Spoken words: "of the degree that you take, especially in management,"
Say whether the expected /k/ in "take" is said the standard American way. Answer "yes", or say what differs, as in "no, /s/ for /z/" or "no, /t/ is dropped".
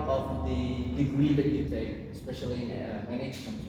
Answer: no, /k/ is dropped